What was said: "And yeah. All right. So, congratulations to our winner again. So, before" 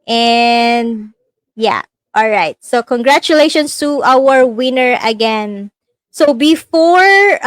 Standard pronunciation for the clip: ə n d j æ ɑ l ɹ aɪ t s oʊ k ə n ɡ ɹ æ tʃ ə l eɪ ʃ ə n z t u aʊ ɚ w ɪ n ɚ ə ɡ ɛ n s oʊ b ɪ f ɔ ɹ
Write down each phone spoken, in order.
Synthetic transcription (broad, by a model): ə n d j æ ɑ l ɹ aɪ t s oʊ k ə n ɡ ɹ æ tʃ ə l eɪ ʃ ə n s t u aʊ ɚ w ɪ n ɚ ə ɡ ɛ n s oʊ b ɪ f ɔ ɹ